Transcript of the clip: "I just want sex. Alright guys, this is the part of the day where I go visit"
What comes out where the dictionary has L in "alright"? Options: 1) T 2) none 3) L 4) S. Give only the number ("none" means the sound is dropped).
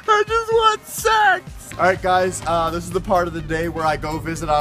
2